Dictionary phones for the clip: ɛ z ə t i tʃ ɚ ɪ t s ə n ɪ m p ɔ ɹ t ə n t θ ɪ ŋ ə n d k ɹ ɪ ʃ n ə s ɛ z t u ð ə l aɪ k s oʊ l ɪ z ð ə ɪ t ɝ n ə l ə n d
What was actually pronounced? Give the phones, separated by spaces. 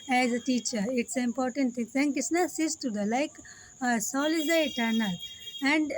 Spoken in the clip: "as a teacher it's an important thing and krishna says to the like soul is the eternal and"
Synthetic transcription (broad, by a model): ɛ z ə t i tʃ ɚ ɪ t s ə ɪ m p ɔ ɹ t ə n t t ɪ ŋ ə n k ɪ s n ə s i s t u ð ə l aɪ k s oʊ l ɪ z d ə ɪ t ɝ n ə l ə n d